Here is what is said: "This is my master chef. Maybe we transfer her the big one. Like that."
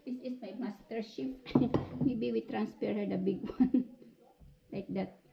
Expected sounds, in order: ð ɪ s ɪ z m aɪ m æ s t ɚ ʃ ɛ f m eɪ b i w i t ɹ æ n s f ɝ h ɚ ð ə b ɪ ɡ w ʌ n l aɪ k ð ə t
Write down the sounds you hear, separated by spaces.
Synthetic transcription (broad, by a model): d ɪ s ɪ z m aɪ m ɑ s t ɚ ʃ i p m eɪ b i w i t ɹ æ n s p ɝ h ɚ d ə b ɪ ɡ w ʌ n l aɪ k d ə t